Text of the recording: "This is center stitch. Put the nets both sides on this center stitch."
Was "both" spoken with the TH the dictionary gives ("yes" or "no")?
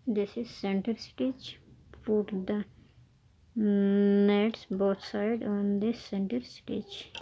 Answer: no